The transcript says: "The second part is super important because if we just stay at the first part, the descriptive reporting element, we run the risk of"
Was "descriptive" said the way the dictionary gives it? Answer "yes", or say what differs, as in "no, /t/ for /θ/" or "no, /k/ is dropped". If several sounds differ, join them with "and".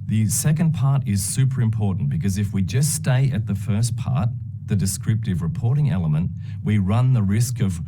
yes